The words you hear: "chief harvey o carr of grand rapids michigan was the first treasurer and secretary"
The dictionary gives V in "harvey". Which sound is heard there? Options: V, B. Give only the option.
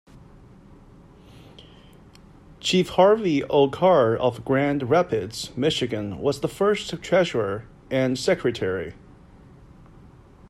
V